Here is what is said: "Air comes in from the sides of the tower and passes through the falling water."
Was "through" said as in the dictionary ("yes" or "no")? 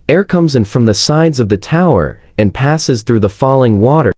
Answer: yes